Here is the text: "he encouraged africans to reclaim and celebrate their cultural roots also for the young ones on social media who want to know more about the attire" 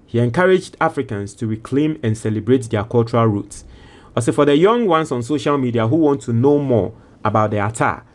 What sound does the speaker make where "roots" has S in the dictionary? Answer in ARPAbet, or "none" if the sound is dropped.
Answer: S